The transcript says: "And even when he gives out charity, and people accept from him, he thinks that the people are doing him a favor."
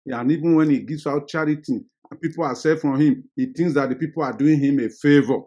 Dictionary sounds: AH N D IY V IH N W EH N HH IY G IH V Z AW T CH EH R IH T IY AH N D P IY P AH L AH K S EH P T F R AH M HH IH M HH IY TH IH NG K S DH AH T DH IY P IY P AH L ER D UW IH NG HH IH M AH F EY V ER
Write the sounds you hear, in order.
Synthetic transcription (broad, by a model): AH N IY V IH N W EH N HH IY G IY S AW T CH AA R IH T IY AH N P IY P AH L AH S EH F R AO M HH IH M HH IY T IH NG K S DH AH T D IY P IY P AH L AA D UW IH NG HH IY M AH F EY V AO